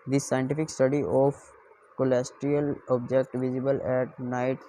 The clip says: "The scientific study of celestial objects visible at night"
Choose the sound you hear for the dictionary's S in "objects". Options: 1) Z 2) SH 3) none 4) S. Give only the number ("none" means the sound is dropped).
3